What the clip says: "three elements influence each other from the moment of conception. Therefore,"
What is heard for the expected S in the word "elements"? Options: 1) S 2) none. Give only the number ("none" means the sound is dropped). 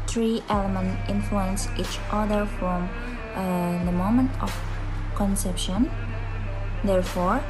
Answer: 2